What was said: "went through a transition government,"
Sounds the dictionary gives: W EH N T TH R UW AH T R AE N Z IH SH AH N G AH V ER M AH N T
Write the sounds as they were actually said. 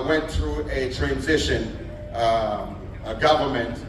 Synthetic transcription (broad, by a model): W EH N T TH R UW AH T R AE N Z IH SH AH N G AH V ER M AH N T